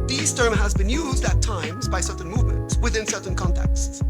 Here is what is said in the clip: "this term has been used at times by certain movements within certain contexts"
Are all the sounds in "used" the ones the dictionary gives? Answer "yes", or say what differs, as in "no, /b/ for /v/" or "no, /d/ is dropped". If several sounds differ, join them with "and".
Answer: yes